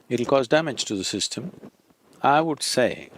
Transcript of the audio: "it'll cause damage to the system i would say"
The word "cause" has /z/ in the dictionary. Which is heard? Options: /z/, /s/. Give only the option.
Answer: /z/